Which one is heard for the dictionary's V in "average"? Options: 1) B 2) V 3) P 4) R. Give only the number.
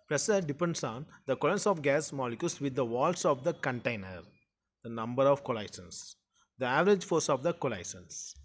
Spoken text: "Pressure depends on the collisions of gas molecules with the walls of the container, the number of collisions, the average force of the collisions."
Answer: 2